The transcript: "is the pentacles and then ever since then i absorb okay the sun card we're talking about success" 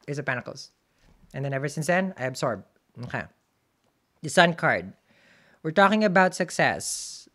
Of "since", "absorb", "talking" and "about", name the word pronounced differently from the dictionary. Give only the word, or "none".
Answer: absorb